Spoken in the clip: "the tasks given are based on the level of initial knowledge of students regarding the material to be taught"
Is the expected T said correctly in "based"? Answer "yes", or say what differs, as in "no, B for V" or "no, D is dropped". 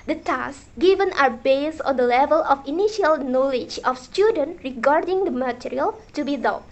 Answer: no, T is dropped